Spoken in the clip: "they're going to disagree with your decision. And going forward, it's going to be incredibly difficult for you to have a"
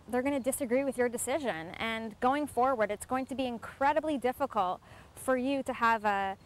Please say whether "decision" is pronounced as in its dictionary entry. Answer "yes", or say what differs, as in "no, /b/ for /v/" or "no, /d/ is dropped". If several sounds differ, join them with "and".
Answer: yes